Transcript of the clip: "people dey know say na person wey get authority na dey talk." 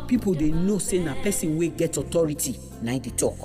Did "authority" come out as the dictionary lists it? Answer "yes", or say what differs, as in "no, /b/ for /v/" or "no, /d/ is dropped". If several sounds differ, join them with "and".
no, /t/ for /θ/